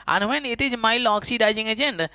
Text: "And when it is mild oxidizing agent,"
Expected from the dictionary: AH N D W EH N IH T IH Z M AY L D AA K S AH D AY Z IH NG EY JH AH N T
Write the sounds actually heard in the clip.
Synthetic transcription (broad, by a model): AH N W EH N IH T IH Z M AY L AA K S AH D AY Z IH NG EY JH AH N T